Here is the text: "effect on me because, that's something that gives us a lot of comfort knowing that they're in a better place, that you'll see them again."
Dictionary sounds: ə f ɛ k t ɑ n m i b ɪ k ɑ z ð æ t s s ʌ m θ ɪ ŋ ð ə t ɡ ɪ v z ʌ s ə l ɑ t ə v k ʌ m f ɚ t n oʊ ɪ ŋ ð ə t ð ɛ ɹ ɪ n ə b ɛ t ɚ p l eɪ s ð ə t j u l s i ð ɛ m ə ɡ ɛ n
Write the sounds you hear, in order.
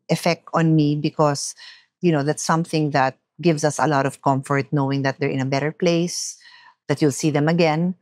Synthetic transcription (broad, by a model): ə f ɛ k t ɑ n m i b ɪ k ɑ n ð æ t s s ʌ m θ ɪ ŋ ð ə t ɡ ɪ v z ʌ s ə l ɑ t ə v k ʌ m f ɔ t n oʊ ɪ ŋ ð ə t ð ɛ ɹ ɪ n ə b ɛ t ɚ p l eɪ s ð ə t j u l s i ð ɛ m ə ɡ ɛ n